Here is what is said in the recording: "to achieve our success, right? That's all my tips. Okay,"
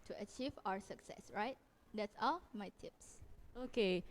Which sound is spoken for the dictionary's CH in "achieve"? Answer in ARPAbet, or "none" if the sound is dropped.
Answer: CH